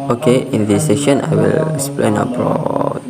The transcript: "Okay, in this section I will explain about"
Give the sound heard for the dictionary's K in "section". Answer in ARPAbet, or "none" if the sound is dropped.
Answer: none